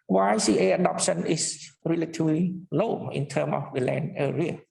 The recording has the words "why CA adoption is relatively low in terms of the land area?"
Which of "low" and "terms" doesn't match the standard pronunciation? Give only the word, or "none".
terms